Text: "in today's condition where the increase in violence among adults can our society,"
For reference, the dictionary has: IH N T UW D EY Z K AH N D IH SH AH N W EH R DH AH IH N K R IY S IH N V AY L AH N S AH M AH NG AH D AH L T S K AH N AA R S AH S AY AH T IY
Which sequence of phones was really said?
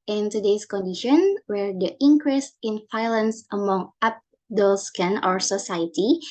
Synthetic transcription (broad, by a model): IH N T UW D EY S K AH N D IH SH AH N W EH R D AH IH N K R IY S IH N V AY L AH N S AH M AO NG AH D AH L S K AH N AA R S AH S AY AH T IY